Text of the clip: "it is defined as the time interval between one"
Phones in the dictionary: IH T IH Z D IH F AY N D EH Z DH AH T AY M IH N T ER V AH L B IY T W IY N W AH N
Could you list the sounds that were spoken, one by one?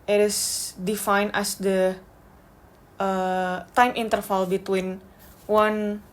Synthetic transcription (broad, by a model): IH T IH S D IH F AY N EH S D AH T AY M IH N T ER F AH L B IY T W IY N W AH N